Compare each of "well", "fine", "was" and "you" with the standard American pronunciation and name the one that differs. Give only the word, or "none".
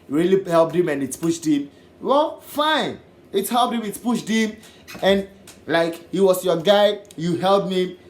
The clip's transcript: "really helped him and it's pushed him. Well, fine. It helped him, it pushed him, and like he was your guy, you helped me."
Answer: was